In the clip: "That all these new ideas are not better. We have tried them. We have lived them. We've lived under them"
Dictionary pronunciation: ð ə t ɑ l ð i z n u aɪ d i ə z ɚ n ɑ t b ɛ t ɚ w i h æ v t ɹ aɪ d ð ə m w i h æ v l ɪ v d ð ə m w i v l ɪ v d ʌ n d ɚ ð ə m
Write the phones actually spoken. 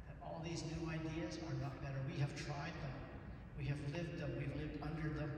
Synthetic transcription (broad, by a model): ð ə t ɑ l ð i z n u aɪ d i ə z ɚ n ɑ t b ɛ t ɚ w i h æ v t ɹ aɪ d ð ə m w i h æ v l ɪ v d ð ə m w i v l ɪ v d ʌ n d ɚ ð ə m